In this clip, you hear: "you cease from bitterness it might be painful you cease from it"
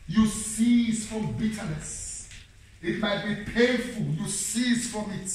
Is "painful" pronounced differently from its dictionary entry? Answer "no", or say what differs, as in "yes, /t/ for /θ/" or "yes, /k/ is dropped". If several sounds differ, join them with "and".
yes, /n/ is dropped